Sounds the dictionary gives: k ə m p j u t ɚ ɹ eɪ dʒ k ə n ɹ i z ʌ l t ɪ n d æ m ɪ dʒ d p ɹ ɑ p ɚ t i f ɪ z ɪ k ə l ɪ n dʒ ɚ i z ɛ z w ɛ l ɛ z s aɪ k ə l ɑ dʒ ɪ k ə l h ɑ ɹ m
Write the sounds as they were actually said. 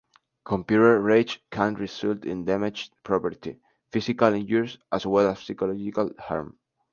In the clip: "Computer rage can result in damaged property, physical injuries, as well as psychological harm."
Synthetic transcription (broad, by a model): k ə m p j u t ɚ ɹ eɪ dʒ k ə n ɹ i s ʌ l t ɪ n d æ m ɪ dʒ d p ɹ ɑ p ɚ t i f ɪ s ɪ k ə l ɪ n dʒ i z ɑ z w ɛ l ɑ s s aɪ k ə l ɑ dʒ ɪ k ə l h ɑ ɹ m